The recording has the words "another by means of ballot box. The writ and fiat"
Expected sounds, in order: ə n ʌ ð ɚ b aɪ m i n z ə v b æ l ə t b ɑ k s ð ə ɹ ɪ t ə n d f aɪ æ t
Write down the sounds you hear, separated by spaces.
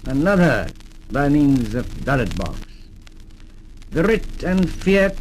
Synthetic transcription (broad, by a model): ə n ʌ ð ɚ b aɪ m i n z ə v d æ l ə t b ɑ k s ð ə ɹ ɪ t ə n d f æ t